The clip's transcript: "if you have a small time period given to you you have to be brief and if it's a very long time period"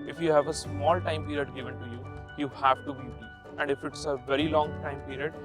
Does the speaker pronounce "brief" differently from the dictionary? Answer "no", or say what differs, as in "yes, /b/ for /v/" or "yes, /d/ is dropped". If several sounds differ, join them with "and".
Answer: yes, /ɹ/ is dropped and /f/ is dropped